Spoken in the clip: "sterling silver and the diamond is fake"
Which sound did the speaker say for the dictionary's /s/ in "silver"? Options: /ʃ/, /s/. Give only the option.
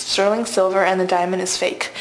/s/